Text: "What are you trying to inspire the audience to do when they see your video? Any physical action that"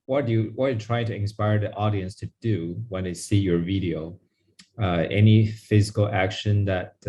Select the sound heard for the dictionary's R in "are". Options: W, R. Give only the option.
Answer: W